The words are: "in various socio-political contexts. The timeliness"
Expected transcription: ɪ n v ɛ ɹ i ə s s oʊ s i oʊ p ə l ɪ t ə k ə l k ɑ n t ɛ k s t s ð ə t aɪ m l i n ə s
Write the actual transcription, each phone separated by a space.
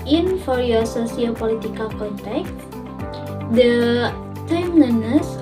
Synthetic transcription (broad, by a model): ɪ n f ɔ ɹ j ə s s oʊ s i oʊ p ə l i t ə k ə l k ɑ n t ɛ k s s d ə t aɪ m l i n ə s